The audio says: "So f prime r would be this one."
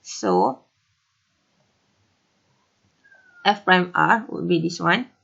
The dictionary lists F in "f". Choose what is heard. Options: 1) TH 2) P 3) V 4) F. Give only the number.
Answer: 4